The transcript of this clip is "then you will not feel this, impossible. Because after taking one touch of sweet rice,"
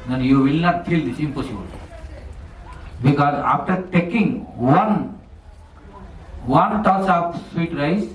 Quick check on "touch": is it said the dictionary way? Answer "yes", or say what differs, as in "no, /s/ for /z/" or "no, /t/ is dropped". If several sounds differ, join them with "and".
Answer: no, /s/ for /tʃ/